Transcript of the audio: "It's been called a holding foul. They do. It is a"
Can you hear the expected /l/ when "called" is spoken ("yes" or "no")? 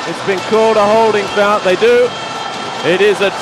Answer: yes